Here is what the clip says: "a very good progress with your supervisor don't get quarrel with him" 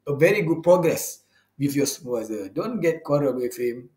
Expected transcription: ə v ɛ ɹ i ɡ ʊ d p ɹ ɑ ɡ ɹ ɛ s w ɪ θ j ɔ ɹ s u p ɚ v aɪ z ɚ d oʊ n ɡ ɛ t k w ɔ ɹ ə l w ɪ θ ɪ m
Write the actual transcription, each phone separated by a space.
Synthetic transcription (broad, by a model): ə v ɛ ɹ i ɡ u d p ɹ ɑ ɡ ɹ ɛ s w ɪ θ j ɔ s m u ɚ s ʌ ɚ d oʊ n ɡ ɛ t k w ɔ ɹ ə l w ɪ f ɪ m